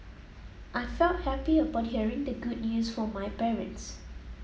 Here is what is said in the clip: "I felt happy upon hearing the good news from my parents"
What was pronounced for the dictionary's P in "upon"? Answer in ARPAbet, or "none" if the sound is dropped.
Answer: B